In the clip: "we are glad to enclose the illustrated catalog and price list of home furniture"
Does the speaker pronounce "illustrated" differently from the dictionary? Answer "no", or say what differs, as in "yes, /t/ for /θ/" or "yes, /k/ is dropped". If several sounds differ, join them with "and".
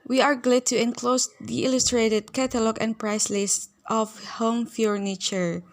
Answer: no